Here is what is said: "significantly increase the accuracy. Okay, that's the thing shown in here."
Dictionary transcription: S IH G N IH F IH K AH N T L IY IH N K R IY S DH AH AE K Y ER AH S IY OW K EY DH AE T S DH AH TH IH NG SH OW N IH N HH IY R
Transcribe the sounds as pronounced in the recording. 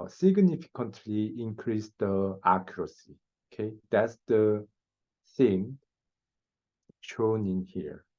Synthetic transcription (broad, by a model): S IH G N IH F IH K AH N T L IY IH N K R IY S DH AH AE K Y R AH S IY OW K EY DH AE T S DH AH S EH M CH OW N IH N HH IY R